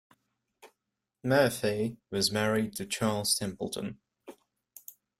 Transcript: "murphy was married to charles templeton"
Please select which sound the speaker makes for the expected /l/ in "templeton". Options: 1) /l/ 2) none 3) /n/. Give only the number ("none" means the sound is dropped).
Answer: 1